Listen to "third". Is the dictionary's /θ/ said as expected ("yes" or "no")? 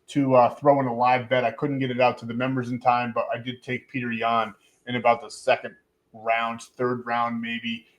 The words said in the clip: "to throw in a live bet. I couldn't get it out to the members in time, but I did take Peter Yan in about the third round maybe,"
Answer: yes